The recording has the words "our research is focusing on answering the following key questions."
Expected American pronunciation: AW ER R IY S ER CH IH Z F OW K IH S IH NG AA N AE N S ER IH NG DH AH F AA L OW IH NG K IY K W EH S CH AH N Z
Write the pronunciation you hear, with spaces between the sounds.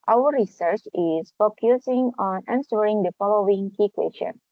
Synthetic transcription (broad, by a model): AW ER R IY S ER CH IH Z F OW K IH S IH NG AA N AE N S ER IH NG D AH F AA L OW IH NG K IY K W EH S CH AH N